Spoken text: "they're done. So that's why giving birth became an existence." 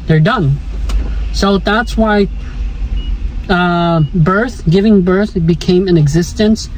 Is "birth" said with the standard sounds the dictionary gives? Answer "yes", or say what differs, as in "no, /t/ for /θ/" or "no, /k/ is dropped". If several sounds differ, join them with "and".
yes